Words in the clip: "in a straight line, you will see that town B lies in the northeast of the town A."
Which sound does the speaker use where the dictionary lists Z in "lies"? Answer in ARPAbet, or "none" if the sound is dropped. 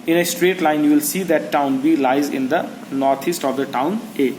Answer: Z